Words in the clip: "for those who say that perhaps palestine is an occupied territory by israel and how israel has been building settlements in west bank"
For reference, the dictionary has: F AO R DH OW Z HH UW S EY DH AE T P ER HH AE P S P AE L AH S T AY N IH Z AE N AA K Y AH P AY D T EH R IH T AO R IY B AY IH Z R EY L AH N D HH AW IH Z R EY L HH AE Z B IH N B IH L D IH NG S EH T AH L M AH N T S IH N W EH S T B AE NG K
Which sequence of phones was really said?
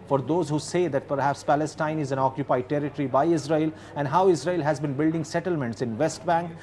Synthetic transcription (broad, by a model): F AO R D OW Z HH UW S EY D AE T P ER HH AE P S P AE L AH S T AY N IH Z AE N AA K Y AH P AY D T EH R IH T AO R IY B AY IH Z R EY L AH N D HH AW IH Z R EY L HH AE Z B IH N B IH L D IH NG S EH T AH L M AH N T S IH N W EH S T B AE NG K